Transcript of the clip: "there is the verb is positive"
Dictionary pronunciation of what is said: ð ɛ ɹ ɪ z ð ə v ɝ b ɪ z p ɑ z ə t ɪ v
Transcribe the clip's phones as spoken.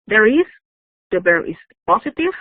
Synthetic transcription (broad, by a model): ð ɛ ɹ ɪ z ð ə b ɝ ɪ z p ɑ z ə t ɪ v